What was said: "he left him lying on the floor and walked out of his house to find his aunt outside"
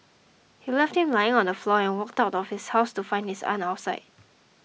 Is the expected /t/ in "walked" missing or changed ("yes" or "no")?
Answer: no